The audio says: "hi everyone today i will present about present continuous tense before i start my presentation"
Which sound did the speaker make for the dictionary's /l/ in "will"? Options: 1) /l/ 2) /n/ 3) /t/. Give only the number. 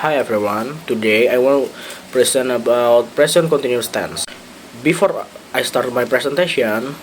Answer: 2